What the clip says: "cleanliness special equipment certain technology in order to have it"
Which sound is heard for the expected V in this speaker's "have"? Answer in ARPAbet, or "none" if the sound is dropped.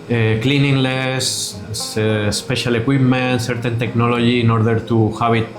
B